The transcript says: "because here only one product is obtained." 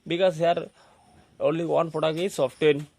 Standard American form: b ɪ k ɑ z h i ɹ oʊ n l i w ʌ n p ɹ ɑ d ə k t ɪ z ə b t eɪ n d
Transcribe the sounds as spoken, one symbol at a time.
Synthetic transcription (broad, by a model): b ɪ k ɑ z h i ɹ oʊ n l i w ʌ n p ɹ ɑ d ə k ɪ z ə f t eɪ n